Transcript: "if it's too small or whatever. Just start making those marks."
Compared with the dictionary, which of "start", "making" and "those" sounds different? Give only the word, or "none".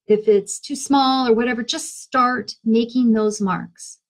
none